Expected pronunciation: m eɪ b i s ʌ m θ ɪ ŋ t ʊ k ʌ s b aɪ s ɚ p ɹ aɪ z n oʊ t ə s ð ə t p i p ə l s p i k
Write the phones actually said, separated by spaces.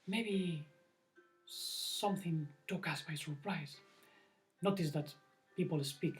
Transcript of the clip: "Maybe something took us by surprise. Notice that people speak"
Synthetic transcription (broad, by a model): m eɪ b i s ʌ m θ ɪ ŋ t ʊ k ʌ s b aɪ s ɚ p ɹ aɪ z n oʊ t ə s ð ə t p i p ə l s p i k